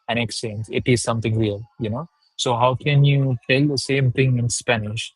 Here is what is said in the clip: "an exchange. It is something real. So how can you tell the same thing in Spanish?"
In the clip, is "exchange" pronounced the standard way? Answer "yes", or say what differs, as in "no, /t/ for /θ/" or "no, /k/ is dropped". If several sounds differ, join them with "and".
no, /tʃ/ is dropped